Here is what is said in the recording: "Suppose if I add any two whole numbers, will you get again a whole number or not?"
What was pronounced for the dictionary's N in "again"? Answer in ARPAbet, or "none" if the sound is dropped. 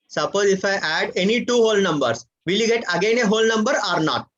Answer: N